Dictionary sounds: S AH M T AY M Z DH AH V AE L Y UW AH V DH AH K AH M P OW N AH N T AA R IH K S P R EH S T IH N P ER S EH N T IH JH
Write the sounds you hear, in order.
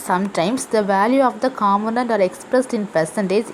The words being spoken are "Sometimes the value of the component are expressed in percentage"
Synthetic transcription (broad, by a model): S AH M T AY M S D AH V AE L Y UW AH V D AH K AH M OW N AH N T AA R IH K S P R EH S T IH N P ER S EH N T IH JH